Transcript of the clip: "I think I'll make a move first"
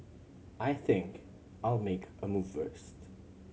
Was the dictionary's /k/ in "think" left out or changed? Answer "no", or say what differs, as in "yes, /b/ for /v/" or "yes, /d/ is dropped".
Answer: no